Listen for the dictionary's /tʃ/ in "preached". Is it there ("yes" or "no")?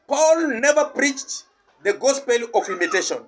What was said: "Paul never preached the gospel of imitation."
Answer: yes